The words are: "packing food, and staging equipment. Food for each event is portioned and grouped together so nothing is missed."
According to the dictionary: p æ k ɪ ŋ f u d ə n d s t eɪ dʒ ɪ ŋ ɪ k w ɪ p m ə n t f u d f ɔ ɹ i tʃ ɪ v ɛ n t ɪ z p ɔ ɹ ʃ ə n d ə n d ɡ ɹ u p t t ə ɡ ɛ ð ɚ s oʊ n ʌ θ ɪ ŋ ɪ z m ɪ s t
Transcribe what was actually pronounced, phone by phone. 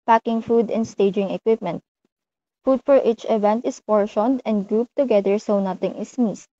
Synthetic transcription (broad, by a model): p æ k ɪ ŋ f u d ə n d s t eɪ dʒ ɪ ŋ ɪ k w ɪ p m ə n t f u d f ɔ ɹ i tʃ ɪ v ɛ n t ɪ s p ɔ ɹ ʃ ə n d ə n d ɡ ɹ u p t t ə ɡ ɛ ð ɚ s oʊ n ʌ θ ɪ ŋ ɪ s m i s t